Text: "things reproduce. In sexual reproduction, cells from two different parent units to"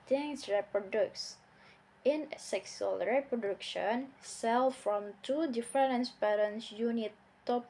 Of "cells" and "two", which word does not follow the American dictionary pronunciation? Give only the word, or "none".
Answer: cells